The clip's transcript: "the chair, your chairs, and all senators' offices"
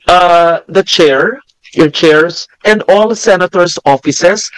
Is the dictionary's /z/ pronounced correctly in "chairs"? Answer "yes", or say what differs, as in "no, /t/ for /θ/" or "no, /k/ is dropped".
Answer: no, /s/ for /z/